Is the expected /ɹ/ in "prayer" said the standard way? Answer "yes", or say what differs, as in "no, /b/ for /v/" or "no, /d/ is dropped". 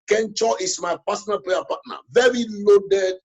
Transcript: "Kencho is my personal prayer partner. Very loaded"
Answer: no, /l/ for /ɹ/